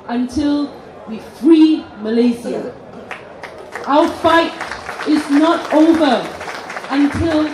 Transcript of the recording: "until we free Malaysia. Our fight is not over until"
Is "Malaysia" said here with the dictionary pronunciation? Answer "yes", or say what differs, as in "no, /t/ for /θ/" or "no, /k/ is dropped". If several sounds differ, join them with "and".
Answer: no, /z/ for /ʒ/